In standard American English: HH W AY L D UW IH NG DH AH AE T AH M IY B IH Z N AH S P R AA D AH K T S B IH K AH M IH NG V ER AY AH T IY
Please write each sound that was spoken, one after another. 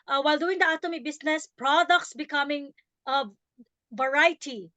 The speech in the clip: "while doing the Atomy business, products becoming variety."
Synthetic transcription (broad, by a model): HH W AY L D UW IH NG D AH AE T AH M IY B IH S N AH S P R AA D AH K T S B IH K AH M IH NG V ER AY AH T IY